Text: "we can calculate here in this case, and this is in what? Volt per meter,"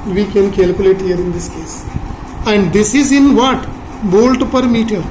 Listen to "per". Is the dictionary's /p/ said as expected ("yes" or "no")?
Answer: yes